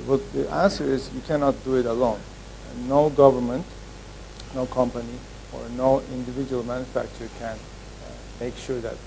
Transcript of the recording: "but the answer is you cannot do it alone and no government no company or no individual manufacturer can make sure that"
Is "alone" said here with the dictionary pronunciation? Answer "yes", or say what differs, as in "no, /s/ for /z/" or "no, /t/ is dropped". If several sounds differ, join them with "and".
no, /n/ is dropped